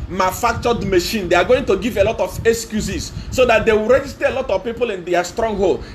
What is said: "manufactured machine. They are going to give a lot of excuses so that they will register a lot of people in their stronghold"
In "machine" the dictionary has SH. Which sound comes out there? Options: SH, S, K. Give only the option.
SH